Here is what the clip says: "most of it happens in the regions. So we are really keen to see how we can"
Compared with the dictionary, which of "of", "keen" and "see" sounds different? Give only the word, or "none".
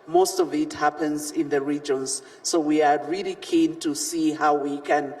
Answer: none